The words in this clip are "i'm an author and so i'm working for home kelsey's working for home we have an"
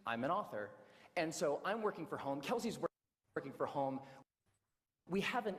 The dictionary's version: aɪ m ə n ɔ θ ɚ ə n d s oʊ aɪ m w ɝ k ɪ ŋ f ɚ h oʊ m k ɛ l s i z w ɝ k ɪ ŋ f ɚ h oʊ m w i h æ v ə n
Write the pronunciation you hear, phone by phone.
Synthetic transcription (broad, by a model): aɪ m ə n ɔ θ ɚ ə n s oʊ aɪ m w ɝ k ɪ ŋ f ɚ h oʊ m k ɛ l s i z w ɝ k ɪ ŋ f ɚ h oʊ m w i h æ v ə n